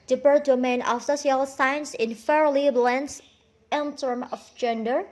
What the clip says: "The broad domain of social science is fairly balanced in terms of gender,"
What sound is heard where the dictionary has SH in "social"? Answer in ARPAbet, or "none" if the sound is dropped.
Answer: S